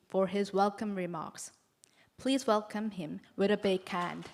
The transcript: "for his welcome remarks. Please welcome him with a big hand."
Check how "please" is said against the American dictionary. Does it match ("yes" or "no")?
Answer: yes